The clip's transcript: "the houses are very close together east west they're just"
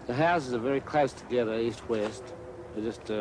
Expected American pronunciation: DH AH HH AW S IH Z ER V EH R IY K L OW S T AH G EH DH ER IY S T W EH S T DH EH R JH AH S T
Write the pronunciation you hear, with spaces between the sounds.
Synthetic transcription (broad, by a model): DH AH HH AW S IH Z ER V EH R IY K L OW S T AH G EH DH ER IY S T W EH S T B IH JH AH S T